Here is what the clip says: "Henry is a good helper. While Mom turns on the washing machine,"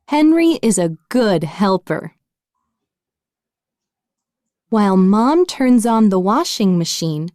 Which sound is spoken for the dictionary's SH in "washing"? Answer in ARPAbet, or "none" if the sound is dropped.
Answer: SH